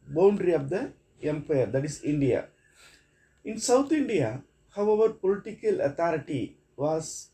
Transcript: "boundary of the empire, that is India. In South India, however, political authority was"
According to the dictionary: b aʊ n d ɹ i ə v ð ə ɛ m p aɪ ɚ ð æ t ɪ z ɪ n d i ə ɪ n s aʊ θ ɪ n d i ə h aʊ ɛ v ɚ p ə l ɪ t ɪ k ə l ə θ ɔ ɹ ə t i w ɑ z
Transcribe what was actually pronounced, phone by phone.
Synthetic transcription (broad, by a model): b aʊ n d ɹ i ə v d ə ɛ m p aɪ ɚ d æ t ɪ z ɪ n d i ə ɪ n s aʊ t ɪ n d i ə h aʊ ɛ v ɚ p ə l ɪ t ɪ k ə l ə t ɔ ɹ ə t i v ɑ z